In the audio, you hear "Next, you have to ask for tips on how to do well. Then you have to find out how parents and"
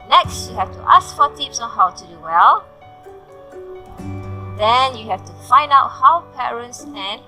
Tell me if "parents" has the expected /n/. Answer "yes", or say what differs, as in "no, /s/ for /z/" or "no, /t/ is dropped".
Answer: yes